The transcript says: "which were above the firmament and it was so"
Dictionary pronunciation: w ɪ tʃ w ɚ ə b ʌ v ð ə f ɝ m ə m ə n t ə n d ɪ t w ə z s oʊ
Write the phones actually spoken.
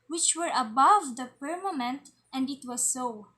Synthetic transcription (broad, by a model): w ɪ tʃ w ɚ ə b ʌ v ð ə p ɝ m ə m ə n t ə n d ɪ t w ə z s oʊ